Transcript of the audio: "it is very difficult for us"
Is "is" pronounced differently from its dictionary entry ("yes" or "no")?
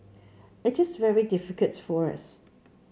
no